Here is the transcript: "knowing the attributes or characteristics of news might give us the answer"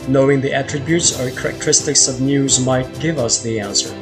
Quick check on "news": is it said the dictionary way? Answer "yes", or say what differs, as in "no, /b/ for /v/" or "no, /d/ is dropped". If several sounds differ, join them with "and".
yes